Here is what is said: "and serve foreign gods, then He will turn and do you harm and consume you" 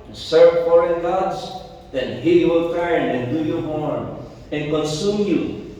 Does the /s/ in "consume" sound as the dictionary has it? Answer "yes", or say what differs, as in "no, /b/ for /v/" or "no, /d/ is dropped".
yes